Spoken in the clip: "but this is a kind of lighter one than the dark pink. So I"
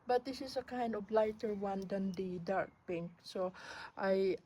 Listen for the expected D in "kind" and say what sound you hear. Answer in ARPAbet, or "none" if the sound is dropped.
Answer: D